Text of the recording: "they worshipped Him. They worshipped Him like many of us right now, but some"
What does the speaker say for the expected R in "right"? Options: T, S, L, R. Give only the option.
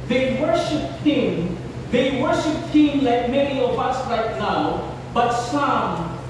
L